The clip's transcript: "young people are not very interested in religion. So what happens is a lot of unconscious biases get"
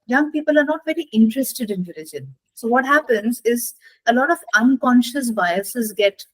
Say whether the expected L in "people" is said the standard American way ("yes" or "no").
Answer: yes